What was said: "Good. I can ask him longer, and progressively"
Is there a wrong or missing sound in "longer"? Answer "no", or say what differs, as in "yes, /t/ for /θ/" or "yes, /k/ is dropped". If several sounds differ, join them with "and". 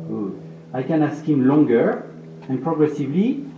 no